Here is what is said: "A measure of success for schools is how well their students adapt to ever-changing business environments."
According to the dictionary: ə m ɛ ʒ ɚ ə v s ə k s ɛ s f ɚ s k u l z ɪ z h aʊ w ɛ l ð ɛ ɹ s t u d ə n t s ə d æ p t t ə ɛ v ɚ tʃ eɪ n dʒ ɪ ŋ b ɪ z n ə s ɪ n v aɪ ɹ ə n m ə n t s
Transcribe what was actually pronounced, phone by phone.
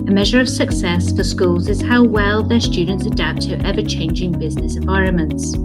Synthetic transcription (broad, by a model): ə m ɛ ʒ ɚ ə v s ə k s ɛ s f ɚ s k u l z ɪ z h aʊ w ɛ l ð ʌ ɹ s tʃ u d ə n t s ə d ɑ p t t ɛ v ɚ tʃ eɪ n dʒ ɪ ŋ b ɪ z n ə s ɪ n v aɪ ɹ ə n m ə n t s